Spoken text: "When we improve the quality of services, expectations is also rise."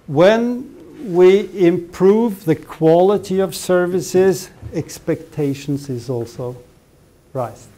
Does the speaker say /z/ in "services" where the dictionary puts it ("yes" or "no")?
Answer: yes